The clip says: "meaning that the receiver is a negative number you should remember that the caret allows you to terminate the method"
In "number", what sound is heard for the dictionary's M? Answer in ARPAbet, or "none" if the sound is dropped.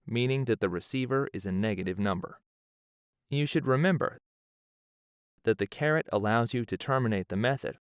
M